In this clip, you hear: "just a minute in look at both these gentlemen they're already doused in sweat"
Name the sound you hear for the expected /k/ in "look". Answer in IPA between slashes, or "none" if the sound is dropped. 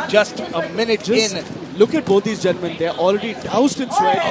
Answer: /k/